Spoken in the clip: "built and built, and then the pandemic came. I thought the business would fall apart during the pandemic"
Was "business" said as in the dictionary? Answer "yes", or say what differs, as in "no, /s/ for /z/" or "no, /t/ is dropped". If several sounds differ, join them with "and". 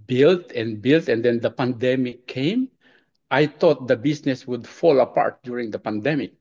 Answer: no, /s/ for /z/